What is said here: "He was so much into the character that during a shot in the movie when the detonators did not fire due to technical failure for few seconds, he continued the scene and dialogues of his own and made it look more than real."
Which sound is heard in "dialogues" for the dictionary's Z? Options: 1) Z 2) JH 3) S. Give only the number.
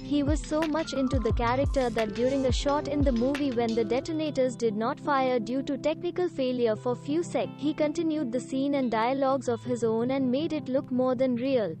1